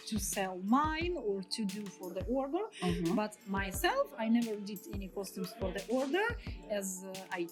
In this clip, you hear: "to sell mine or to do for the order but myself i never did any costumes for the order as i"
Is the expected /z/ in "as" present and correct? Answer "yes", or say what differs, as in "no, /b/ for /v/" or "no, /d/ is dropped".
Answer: yes